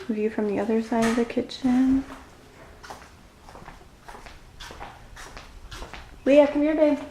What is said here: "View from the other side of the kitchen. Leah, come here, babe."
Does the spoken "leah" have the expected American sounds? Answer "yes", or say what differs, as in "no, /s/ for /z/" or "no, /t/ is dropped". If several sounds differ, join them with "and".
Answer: no, /w/ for /l/